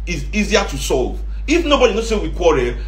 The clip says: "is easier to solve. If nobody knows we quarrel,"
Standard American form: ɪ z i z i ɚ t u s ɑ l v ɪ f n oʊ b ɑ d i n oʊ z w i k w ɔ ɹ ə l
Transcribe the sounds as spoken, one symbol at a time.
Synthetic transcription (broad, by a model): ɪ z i z i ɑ t u s ɑ l v ɪ f n oʊ b ɑ d i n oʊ s w i k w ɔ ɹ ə